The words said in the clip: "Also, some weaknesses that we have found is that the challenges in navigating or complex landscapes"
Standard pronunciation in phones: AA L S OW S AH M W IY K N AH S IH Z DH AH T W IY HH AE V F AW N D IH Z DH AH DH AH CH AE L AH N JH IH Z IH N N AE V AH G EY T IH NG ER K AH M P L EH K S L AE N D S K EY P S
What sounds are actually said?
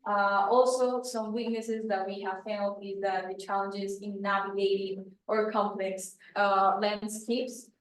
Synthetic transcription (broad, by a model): AA L S OW S AH M W IY K N AH S IH Z DH AH T W IY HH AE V F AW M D IH Z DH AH DH AH CH AE L AH N JH IH Z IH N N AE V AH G EY T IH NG ER K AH M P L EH K S L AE N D S K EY P S